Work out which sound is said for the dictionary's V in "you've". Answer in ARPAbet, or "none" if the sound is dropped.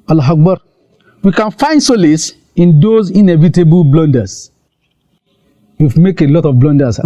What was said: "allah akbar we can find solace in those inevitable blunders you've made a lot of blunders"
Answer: F